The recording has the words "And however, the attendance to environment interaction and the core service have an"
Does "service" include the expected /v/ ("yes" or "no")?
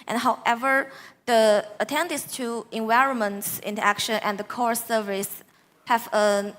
yes